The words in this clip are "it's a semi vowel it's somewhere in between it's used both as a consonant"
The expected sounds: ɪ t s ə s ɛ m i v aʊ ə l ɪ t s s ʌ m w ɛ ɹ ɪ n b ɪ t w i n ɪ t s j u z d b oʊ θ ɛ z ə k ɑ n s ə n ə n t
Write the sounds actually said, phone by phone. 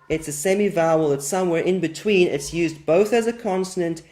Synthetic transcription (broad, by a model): ɪ t s ə s ɛ m i v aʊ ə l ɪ t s s ʌ m w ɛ ɹ ɪ n b ɪ t w i n ɪ t s j u z b oʊ θ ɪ z ə k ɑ n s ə n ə n t